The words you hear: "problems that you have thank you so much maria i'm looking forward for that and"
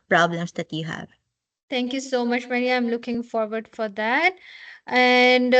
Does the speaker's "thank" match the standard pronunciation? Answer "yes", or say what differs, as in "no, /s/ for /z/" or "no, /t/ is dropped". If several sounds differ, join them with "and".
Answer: no, /t/ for /θ/